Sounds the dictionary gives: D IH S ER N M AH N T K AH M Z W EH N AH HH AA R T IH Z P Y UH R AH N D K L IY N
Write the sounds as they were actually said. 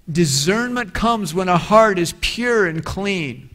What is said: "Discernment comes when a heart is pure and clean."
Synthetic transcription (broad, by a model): D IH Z ER N M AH N K AH M Z W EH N AH HH AA R T IH Z P Y UH R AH N K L IY N